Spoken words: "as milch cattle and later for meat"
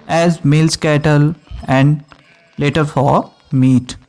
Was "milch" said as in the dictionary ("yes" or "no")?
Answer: no